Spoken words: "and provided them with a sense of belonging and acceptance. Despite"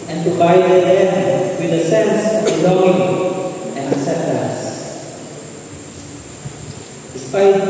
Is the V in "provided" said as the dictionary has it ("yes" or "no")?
no